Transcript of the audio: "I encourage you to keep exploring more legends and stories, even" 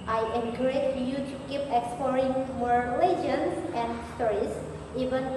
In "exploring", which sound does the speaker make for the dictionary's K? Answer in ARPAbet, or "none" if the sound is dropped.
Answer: K